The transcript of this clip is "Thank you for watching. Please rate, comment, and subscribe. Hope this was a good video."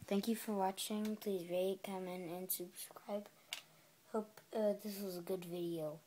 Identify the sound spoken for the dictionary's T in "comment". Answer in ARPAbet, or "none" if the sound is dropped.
none